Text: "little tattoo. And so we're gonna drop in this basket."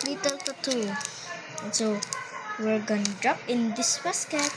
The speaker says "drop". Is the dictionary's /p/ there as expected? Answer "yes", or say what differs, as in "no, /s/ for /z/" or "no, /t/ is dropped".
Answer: yes